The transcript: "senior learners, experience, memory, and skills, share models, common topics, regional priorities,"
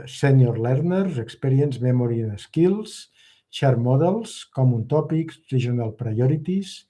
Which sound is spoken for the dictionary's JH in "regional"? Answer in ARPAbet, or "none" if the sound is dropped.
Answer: ZH